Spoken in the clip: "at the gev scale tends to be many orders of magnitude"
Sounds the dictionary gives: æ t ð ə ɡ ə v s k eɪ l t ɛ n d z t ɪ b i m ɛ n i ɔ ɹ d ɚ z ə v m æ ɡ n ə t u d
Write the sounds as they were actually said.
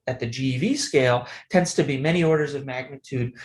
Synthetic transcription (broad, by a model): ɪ t ð ə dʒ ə v s k eɪ l t ɛ n d z t ɪ b i m ɛ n i ɔ ɹ d ɚ z ə v m æ ɡ n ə t u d